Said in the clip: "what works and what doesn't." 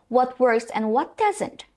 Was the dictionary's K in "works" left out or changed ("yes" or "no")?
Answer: yes